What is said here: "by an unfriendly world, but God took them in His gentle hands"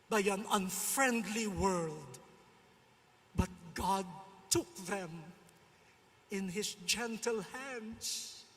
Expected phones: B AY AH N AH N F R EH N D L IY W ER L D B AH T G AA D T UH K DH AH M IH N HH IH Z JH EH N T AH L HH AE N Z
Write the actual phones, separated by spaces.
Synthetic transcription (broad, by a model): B AY AH N AH N F R EH N D L IY W ER L D B AH T G AA D T UH K DH AH M IH N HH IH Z JH EH N T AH L HH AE N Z